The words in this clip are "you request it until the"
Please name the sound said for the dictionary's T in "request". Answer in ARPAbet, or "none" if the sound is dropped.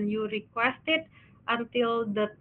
T